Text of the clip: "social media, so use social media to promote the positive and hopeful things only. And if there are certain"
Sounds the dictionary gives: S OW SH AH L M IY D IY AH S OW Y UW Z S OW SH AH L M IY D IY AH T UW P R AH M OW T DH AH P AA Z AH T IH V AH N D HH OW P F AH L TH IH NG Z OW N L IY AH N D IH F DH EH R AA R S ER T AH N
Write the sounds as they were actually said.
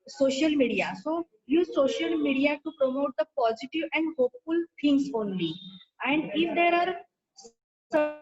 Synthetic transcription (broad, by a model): S OW SH AH L M IY D IY AH S OW Y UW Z S OW SH AH L M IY D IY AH T UW P R AH M OW T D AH P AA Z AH T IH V AH N D HH OW P F AH L T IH NG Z OW N L IY AH N D IH F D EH R AA R S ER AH